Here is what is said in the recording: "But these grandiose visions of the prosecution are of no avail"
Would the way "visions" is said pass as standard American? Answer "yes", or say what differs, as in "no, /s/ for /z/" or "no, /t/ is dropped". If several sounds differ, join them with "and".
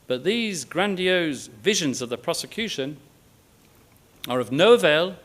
yes